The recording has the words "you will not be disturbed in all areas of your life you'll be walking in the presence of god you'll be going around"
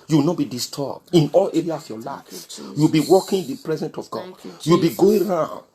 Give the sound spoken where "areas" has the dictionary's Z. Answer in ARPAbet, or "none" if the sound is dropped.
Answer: S